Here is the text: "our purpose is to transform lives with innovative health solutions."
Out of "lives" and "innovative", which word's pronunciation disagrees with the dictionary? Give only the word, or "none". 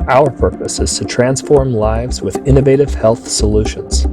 none